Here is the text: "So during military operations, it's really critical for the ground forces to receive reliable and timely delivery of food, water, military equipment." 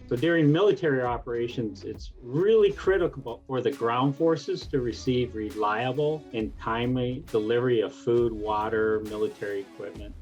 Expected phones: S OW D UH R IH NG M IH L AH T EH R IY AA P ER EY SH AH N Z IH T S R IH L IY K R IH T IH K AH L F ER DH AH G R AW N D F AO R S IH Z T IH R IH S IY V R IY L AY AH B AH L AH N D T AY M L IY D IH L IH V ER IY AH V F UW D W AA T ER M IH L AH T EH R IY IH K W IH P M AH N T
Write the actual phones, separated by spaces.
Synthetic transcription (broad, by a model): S OW D UH R IH NG M IH L AH T EH R IY AA P ER EY SH AH N Z IH T S R IH L IY K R IH T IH K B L F ER DH AH G R AW N D F AO R S IH Z T IH R IH S IY V R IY L AY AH B L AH N T AY M L IY D IH L IH V ER IY AH V F UW D W AA T ER M IH L AH T EH R IY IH K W IH P M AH N T